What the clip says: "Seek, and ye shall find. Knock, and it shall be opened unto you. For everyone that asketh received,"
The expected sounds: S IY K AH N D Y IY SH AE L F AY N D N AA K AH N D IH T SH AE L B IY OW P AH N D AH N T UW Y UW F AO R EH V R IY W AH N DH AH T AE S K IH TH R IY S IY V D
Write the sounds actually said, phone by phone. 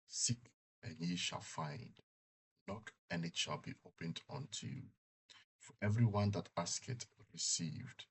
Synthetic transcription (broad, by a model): S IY K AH N Y IY SH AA L F AY N D N AA K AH N IH T SH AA L B IY OW P AH N D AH N T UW Y UW F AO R EH V R IY W AH N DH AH T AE S K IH T R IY S IY V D